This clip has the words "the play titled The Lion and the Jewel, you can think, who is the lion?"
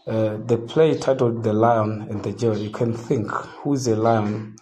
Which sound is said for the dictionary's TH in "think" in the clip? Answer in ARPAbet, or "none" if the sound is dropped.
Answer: TH